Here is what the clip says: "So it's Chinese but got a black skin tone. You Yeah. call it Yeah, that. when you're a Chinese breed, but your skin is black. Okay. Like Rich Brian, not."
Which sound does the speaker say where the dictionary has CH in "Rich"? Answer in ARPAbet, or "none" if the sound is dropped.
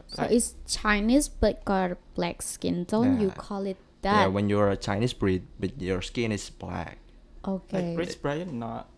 S